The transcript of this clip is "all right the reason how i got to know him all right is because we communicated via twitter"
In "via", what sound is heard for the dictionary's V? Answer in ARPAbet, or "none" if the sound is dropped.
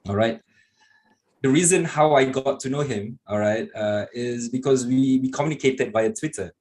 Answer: B